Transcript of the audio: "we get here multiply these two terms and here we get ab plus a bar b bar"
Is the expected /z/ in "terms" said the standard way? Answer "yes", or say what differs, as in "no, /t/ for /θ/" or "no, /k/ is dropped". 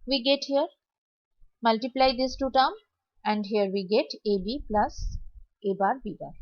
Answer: no, /z/ is dropped